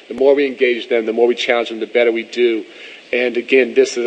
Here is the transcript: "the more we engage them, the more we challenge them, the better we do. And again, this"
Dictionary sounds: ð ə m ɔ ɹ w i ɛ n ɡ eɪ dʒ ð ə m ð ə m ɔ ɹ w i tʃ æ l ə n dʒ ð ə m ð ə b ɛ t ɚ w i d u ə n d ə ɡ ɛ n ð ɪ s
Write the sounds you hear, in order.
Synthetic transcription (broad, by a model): ð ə m ɔ ɹ w i ɛ n ɡ eɪ dʒ ð ə m ð ə m ɔ ɹ w i tʃ æ l ə n dʒ ð ə m ð ə b ɛ t ɚ w i d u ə n ə ɡ ɛ n ð ɪ s